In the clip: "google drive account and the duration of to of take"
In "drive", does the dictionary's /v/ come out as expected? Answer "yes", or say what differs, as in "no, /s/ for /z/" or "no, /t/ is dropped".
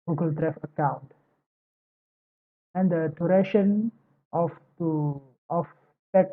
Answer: no, /f/ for /v/